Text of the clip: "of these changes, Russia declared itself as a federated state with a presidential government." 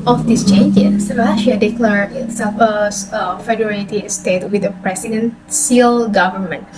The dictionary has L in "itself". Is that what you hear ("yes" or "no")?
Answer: no